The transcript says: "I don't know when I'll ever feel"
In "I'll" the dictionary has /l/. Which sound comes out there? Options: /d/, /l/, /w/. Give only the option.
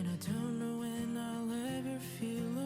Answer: /l/